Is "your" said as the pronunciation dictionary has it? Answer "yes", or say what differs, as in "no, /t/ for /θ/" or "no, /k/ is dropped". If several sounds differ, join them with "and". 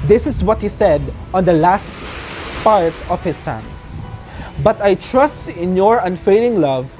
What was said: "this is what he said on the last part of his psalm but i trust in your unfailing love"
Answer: yes